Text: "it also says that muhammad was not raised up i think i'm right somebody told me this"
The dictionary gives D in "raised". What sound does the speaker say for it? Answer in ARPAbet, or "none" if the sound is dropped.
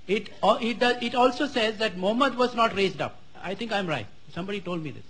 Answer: D